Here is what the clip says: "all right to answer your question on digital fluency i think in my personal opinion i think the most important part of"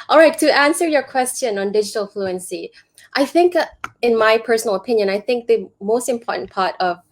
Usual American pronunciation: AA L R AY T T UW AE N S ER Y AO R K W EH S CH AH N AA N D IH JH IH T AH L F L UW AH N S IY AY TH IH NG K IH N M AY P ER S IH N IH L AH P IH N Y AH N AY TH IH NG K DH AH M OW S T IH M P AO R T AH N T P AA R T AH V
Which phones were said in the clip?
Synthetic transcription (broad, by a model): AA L R AY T T UW AE N S ER Y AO K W EH S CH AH N AA N D IH JH IH T AH L F L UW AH N S IY AY TH IH NG K IH N M AY P ER S IH N IH L AH P IH N Y AH N AY TH IH NG K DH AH M OW S T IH M P AO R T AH N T P AA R T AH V